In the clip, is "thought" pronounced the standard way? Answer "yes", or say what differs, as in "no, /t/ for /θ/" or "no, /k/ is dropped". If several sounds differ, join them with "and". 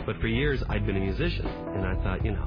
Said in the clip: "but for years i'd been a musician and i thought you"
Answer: yes